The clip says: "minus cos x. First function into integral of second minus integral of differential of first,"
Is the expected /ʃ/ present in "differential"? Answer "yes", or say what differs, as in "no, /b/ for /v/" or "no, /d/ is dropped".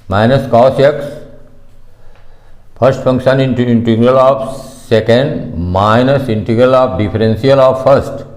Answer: no, /s/ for /ʃ/